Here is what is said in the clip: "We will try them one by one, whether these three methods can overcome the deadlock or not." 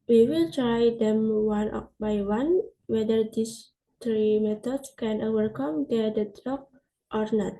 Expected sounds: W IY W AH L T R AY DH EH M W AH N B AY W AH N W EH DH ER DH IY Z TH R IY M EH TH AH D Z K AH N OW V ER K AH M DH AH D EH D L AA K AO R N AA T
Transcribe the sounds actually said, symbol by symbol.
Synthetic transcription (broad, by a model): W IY W AH L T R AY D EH M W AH N B AY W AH N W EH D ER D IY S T R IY M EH T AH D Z K AH N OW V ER K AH M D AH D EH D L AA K AO R N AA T